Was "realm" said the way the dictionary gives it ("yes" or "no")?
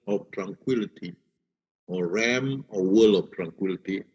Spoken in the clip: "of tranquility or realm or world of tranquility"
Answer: no